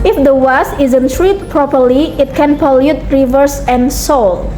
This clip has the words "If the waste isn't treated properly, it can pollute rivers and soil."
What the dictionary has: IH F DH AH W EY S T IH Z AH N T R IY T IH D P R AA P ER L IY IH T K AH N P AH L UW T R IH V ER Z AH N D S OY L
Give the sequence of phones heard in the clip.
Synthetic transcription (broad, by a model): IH F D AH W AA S IH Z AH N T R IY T P R AA P ER L IY IH T K AH N P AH L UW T R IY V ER S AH N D S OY L